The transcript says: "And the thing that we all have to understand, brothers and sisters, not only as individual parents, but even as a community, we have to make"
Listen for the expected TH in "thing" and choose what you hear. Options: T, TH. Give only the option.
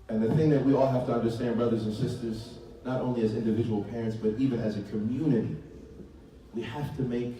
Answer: TH